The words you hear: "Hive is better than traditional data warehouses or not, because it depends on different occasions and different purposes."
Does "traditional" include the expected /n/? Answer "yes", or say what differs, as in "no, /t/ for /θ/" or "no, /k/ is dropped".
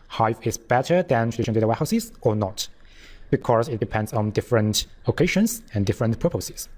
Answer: no, /n/ is dropped